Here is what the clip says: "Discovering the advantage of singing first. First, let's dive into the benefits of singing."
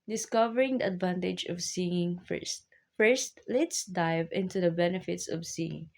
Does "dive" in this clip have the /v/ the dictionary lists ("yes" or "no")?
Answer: yes